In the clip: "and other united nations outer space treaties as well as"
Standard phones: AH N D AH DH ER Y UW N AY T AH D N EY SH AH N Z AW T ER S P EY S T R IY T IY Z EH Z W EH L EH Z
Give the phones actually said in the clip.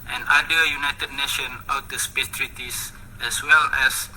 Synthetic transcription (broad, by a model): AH N D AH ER Y UW N AY T AH D N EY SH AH N AW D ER S P EY S T R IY T IY S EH S W EH L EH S